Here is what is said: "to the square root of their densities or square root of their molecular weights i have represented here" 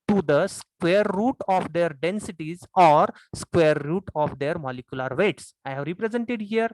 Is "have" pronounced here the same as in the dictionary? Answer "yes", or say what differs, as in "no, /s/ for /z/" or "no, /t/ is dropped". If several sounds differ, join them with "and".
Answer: yes